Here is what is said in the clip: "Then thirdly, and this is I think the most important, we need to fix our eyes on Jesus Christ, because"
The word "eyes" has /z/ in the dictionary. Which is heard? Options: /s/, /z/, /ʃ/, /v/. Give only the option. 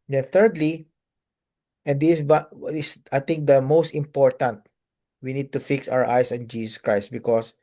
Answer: /s/